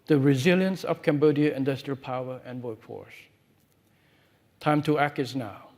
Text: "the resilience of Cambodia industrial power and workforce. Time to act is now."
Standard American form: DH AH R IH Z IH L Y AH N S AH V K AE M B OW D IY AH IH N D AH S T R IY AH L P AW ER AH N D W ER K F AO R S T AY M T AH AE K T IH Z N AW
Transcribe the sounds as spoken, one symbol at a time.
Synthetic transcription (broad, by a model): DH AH R IH Z IH L Y AH N S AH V K AE M B OW D IY AH IH N D AH S T R IY AH L P AW ER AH N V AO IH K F AO R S T AY M T AH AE K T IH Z N AW